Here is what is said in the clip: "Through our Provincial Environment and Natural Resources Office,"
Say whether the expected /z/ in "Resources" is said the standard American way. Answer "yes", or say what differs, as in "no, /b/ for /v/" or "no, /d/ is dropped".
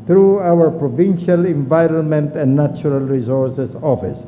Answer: no, /s/ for /z/